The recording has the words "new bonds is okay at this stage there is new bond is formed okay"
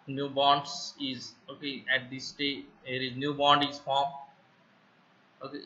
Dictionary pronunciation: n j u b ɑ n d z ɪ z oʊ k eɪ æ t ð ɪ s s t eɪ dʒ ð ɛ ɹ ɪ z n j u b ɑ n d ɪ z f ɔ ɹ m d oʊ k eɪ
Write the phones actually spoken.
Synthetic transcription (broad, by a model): n j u b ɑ n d s ɪ z oʊ k eɪ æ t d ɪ s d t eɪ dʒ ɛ ɹ ɪ z n j u b ɑ n d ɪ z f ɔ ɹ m oʊ k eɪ